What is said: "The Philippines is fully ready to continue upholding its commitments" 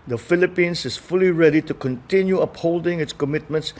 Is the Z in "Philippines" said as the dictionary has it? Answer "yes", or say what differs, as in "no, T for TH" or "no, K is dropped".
no, S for Z